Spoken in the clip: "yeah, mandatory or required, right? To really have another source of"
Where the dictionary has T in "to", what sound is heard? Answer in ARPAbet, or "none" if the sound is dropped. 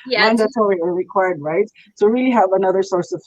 S